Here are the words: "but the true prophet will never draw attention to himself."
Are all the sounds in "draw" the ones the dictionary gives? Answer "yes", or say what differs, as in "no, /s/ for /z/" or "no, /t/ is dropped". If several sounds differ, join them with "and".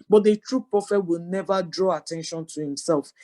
yes